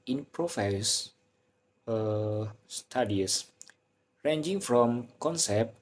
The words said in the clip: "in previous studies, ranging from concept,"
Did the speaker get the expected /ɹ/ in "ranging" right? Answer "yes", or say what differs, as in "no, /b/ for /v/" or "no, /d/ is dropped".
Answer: yes